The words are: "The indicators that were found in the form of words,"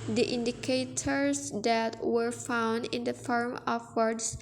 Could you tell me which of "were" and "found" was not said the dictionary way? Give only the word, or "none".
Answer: none